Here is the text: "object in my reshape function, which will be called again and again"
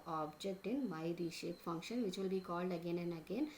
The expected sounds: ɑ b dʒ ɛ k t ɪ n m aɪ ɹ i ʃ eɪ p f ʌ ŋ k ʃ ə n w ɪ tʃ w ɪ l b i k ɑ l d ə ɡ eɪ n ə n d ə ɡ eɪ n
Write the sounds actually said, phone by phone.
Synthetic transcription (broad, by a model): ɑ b dʒ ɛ k t ɪ n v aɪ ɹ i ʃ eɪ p f ʌ ŋ k ʃ ə n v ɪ tʃ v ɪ l b i k ɑ l d ə ɡ eɪ n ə n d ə ɡ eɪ n